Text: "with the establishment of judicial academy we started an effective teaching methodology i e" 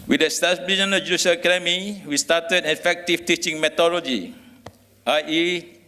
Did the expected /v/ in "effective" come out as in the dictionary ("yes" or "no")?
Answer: no